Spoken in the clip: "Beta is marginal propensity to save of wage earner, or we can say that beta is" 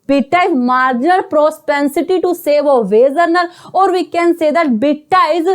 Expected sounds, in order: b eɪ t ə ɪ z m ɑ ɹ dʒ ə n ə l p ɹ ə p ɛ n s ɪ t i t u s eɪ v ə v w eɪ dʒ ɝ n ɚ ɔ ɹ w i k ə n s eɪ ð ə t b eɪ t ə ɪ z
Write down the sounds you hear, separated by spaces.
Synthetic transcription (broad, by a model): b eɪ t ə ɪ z m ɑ ɹ dʒ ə n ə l p ɹ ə p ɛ n s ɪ t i t u s eɪ v ə v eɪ z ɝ n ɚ ɔ ɹ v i k ə n s eɪ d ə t b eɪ t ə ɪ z